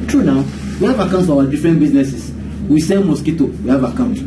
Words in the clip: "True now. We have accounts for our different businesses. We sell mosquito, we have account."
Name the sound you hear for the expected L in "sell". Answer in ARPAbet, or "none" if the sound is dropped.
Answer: N